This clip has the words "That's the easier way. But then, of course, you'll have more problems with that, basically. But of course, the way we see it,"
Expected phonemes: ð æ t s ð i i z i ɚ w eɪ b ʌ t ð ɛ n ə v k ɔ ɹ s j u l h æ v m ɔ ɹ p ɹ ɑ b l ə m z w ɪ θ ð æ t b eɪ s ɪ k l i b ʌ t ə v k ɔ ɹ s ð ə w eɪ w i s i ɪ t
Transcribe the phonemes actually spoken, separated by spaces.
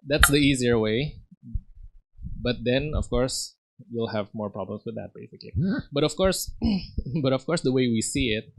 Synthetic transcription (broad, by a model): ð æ t s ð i i z i ɚ w eɪ b ʌ t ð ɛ n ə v k ɔ ɹ s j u l h æ v m ɔ ɹ p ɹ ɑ b l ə m s w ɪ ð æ t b eɪ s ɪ k l i b ʌ t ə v k ɔ ɹ s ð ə w eɪ w i s i ɪ t